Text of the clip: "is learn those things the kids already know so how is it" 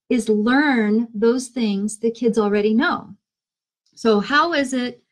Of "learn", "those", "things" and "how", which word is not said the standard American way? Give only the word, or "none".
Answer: none